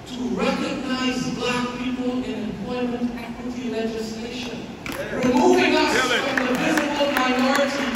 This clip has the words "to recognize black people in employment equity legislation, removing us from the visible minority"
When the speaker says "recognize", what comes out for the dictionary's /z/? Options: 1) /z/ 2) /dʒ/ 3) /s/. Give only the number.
1